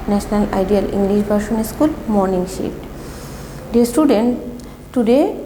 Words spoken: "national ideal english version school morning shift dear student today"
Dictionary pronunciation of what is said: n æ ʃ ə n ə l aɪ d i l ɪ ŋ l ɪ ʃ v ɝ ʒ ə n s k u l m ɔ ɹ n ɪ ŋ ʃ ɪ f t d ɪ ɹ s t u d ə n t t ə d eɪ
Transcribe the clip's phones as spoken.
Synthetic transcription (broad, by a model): n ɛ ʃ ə n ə l aɪ d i l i ŋ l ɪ ʃ b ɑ ʃ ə n s k u l m ɔ ɹ n ɪ ŋ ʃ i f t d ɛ s t u d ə n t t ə d eɪ